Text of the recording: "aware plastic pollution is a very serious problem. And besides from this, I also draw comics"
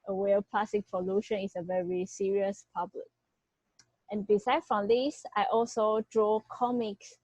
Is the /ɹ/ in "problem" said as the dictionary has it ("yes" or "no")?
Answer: no